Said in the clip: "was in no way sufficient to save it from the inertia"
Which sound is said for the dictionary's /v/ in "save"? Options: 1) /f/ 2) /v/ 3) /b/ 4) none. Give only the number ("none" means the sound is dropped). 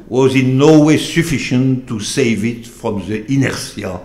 2